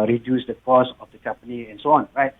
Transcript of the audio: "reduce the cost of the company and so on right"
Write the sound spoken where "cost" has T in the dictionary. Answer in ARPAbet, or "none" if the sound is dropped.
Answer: none